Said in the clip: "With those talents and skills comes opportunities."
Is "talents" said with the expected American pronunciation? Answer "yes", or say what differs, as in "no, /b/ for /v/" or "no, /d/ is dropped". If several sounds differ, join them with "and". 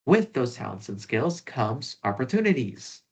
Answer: no, /l/ is dropped